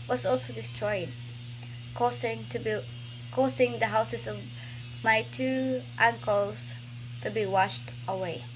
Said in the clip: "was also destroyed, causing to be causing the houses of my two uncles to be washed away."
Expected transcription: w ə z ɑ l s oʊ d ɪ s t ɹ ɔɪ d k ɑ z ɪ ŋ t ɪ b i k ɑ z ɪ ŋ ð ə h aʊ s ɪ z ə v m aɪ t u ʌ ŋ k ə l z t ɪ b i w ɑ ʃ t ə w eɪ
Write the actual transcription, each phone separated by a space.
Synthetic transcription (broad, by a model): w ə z ɑ l s oʊ d ɪ s t ɹ ɔɪ d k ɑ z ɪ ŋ t ɪ b i k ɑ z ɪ ŋ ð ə h aʊ s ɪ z ə v m aɪ t u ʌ ŋ k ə l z t ɪ b i w ɑ ʃ t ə w eɪ